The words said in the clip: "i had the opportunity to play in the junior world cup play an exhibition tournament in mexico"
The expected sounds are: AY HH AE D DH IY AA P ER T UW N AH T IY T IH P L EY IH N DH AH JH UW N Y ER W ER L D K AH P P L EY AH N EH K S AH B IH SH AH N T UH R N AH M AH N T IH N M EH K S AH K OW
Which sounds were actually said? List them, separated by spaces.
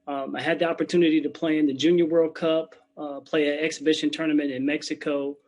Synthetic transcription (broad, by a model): AY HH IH D DH IY AA P ER T UW N AH T IY T IH P L EY IH N DH AH JH UW N Y ER W ER L D K AH P P L EY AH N EH K S AH B IH SH AH N T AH R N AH M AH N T IH N M EH K S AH K OW